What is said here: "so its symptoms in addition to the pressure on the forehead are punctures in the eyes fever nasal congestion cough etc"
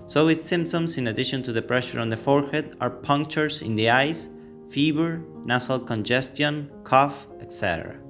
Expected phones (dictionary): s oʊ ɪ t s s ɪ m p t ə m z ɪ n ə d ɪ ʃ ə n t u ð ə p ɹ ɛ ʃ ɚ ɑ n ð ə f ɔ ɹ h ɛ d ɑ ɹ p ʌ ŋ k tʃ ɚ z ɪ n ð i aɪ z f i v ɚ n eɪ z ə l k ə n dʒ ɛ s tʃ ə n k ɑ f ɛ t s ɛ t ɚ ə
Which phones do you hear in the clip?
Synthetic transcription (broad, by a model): s oʊ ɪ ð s s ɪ m p t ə m s ɪ n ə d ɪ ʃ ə n t u ð ə p ɹ ɛ ʃ ɚ ɑ n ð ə f ɔ ɹ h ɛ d ɑ ɹ p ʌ ŋ k tʃ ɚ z ɪ n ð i aɪ s f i b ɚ n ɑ s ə l k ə n dʒ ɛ s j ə n k ɑ f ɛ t s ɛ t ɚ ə